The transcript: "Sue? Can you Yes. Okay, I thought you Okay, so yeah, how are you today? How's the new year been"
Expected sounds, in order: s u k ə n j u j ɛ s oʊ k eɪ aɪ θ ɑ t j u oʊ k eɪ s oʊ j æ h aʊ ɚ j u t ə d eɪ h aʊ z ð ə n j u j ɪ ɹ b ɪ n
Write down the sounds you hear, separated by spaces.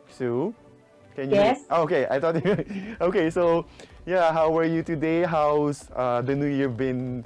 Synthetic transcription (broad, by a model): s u k ə n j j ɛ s oʊ k eɪ aɪ t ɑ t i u oʊ k eɪ s oʊ j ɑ h aʊ ɚ j u t ə d eɪ h aʊ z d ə n j u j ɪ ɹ b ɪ n